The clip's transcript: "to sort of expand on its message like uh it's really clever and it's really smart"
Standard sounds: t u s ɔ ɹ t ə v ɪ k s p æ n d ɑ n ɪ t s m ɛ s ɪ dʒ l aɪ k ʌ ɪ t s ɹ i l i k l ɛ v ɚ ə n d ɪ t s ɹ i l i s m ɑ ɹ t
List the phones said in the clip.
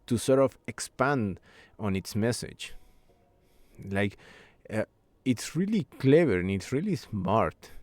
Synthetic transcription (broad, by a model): t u s ɔ ɹ t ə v ɪ k s p æ n d ɑ n ɪ t s m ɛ s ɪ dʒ l aɪ k ʌ ɪ t s ɹ i l i k l ɛ v ɚ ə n ɪ t s ɹ i l i s m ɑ ɹ t